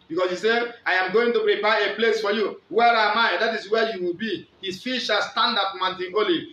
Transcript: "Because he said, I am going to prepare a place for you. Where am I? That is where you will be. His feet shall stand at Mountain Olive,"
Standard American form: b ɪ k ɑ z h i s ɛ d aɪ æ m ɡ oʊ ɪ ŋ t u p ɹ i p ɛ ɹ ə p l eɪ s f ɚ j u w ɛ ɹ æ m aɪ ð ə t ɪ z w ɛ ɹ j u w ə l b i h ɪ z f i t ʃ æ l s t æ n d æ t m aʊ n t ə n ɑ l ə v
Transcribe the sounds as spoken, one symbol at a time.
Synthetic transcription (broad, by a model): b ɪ k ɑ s h i s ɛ aɪ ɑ m ɡ oʊ ɪ ŋ t u p ɹ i p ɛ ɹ ə p l eɪ s f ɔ j u w ɛ ɹ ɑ m aɪ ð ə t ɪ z w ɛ j u w ə l b i h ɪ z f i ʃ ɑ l s t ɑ n d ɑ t m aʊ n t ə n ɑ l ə